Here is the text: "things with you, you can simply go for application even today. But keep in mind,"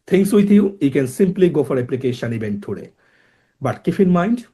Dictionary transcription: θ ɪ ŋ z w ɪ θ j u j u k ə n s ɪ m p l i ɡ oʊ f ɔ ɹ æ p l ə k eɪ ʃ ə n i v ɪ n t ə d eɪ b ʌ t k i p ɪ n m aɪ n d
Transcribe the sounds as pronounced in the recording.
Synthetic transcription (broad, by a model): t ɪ ŋ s w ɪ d j u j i k ə n s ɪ m p l i ɡ oʊ f ɔ ɹ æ p l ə k eɪ ʃ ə n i b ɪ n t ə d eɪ b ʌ t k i f ɪ n m aɪ n d